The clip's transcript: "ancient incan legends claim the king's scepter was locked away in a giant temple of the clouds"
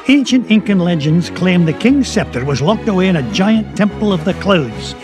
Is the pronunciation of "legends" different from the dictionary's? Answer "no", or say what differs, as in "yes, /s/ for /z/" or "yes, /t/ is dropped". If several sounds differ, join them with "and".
no